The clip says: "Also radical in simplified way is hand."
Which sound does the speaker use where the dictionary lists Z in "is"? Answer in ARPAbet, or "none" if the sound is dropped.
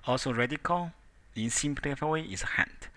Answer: S